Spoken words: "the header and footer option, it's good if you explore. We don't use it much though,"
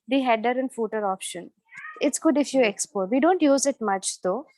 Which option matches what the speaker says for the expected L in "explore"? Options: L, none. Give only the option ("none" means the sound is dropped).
none